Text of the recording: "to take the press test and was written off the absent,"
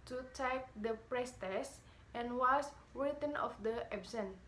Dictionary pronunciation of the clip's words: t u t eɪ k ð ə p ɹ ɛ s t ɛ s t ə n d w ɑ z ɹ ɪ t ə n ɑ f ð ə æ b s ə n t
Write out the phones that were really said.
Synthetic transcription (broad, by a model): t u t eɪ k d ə p ɹ ɛ s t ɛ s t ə n w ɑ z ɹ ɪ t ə n ɑ f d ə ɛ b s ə n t